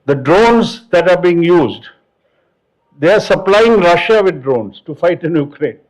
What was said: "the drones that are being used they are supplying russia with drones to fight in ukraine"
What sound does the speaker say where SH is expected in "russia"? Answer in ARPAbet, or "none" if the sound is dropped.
SH